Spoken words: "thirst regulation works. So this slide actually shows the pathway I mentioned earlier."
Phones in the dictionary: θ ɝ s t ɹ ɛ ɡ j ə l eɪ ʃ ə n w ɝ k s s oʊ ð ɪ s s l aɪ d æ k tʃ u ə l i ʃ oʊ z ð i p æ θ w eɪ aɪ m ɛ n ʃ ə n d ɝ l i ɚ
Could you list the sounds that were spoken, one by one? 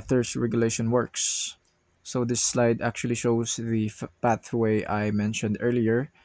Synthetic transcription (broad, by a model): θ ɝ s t ɹ ɛ ɡ j ə l eɪ ʃ ə n w ɝ k s s oʊ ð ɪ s s l aɪ d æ k tʃ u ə l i ʃ oʊ s ð i p æ θ w eɪ aɪ m ɛ n ʃ ə n d ɝ l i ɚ